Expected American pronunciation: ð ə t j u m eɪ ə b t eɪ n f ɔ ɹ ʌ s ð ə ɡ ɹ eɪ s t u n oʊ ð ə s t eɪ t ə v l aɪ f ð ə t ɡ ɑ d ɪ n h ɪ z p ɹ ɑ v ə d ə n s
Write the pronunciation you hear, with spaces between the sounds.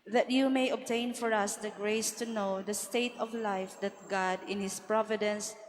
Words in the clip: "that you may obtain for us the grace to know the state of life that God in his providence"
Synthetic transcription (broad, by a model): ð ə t j u m eɪ ə b t eɪ n f ɔ ɹ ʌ s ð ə ɡ ɹ eɪ s t u n oʊ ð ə s t eɪ t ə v l aɪ f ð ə t ɡ ɑ d ɪ n h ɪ s p ɹ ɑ v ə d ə n s